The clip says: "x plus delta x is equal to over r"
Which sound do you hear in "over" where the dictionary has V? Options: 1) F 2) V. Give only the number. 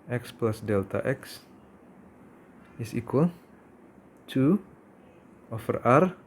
1